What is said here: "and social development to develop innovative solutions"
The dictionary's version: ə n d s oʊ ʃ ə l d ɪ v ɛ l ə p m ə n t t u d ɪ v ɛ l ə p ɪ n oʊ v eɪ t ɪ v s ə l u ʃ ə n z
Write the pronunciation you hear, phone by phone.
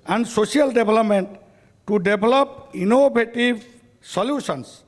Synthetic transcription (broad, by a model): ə n d s oʊ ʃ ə l d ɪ b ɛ l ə p m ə n t t u d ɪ b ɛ l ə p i n oʊ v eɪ t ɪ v s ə l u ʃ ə n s